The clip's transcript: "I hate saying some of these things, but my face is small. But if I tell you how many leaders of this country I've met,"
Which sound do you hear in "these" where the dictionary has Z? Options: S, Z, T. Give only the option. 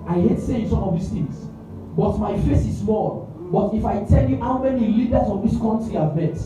S